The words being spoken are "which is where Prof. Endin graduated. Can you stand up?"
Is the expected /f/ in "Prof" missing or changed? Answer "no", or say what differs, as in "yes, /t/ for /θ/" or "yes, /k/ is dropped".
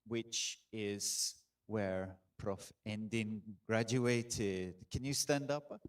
no